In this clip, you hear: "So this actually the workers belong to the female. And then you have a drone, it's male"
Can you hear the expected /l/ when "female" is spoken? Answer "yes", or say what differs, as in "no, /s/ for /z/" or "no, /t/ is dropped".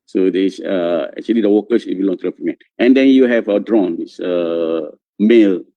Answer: no, /n/ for /l/